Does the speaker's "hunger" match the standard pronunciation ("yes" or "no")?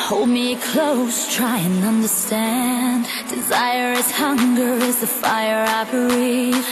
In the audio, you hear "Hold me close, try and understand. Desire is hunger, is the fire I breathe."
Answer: yes